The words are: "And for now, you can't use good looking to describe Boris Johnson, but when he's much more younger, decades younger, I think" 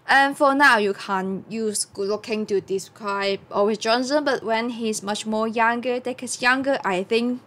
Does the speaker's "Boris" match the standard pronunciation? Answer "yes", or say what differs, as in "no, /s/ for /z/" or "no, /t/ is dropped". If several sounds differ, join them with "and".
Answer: no, /w/ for /ɹ/